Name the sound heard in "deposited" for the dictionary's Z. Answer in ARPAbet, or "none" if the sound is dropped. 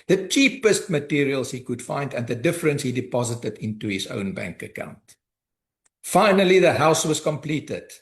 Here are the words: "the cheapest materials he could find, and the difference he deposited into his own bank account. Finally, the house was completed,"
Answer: Z